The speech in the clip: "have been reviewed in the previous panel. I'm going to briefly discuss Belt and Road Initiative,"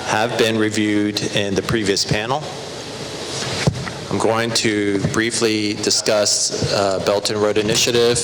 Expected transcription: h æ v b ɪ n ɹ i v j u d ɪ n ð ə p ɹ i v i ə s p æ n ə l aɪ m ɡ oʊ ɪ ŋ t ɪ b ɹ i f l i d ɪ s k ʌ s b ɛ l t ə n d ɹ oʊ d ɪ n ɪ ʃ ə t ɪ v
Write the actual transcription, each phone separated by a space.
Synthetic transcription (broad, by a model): h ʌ v b ɪ n ɹ i v j u d ɪ n ð ə p ɹ i v i ə s p æ n l aɪ m ɡ oʊ ɪ ŋ t ɪ b ɹ i f l i d ɪ s k ʌ s b ɛ l t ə n ɹ oʊ d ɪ n ɪ ʃ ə t ɪ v